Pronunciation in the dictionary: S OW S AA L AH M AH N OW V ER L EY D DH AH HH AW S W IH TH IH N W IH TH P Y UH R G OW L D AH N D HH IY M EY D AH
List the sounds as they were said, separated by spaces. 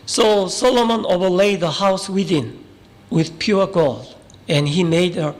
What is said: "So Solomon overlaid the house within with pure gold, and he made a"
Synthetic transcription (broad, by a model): S OW S AA L AH M AH N OW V ER L EY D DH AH HH AW S W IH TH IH N W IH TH P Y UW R G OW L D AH N HH IY M EY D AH